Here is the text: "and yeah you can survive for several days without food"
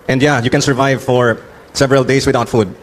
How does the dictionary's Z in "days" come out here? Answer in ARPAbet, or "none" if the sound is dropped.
S